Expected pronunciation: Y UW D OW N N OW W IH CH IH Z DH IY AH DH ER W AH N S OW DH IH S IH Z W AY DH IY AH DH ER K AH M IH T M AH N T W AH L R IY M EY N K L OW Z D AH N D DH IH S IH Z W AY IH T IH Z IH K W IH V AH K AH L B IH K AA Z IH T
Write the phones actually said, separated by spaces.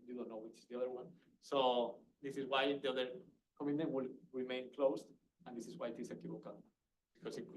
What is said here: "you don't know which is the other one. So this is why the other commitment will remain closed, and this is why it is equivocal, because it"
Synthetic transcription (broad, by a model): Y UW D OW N N OW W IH CH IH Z DH IY AH DH ER W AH N S OW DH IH S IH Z W AY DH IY AH DH ER K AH M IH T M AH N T W AH L R IY M EY N K L OW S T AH N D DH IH S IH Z W AY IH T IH S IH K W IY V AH K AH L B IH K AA S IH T